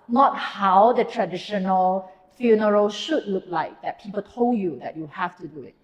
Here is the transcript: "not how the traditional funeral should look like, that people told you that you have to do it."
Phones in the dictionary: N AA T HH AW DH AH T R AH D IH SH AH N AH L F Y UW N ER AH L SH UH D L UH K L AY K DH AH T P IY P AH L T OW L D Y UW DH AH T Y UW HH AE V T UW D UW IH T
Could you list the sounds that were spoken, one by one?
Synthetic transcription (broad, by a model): N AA T HH AW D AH T R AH D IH SH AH N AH L F Y UW N ER AH L SH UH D L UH K L AY K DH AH T P IY P AH L T OW L D Y UW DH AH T Y UW HH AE F T UW D UW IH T